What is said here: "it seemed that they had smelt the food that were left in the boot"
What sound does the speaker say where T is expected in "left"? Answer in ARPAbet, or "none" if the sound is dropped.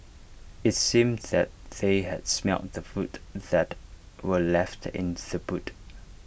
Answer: T